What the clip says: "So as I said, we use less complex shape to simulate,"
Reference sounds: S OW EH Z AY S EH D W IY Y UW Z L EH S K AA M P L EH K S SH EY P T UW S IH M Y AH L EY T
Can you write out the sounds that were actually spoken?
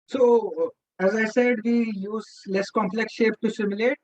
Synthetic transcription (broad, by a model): S OW EH Z AY S EH D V IY Y UW Z L EH S K AA M P L EH K S SH EY P T UW S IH M Y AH L EY T